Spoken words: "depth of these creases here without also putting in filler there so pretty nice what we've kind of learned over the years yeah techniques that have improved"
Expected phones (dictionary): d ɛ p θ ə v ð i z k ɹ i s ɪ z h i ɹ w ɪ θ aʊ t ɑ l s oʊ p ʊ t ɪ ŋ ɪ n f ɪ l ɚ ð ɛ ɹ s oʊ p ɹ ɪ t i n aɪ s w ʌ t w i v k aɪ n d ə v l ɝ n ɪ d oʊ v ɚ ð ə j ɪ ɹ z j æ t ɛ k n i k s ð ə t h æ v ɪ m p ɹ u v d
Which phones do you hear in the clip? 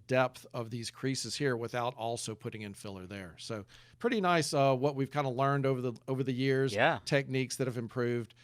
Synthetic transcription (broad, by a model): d ɛ p θ ə v ð i z k ɹ i s ɪ z h i ɹ w ɪ θ aʊ t ɑ l s oʊ p ʊ t ɪ ŋ ɪ n f ɪ l ɚ ð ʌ ɹ s oʊ p ɹ ɪ t i n aɪ s w ʌ t w i v k aɪ n d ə l ɝ n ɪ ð oʊ v ɚ ð ə j ɪ ɹ z j æ t ɛ k n i k s ð ə t h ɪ v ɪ m p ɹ u v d